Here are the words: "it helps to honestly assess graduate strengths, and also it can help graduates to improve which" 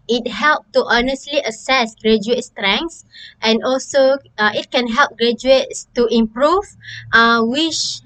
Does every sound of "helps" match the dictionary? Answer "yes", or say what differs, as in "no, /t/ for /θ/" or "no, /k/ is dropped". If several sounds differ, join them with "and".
no, /s/ is dropped